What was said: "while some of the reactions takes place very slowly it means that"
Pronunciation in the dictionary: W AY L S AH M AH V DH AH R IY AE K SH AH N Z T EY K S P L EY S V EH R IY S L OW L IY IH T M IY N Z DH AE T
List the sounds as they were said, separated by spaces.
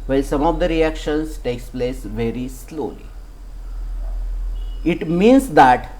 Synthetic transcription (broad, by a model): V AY L S AH M AH V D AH R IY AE K SH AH N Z T EY K S P L EY S V EH R IY S L OW L IY IH T M IY N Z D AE T